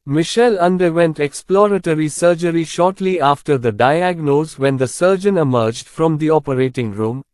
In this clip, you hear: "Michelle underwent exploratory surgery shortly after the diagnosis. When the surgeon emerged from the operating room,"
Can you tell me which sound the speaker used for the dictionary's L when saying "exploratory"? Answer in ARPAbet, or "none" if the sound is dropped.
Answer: L